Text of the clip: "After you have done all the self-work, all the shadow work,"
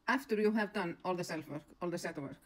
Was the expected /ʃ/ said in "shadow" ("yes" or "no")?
no